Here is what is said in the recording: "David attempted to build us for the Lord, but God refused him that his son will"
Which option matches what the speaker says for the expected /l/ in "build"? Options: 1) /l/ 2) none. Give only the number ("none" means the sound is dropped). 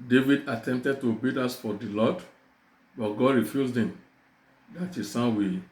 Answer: 2